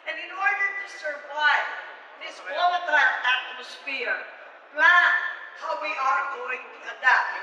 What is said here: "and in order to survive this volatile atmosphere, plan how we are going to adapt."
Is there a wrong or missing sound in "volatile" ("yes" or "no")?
yes